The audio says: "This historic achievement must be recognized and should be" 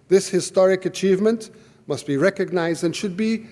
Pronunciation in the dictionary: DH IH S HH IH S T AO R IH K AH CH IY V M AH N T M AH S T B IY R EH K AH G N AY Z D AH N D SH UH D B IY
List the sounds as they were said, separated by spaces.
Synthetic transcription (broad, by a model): DH IH S HH IH S T AO R IH K AH CH IY V M AH N T M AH S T B IY R EH K AH G N AY Z D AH N SH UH D B IY